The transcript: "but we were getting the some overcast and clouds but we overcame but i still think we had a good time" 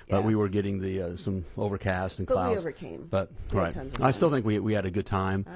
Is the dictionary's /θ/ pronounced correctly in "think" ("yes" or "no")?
yes